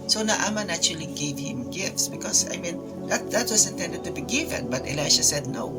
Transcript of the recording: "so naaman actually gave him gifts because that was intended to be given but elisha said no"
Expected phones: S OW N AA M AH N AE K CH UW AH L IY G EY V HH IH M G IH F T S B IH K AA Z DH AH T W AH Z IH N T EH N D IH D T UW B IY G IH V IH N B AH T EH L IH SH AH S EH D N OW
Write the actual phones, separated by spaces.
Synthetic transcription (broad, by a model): S OW N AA M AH N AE CH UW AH L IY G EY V HH IH M G IH F T S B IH K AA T DH AH T W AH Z IH N T EH N D IH D T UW B IY G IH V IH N B AH T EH L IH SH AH S EH D N OW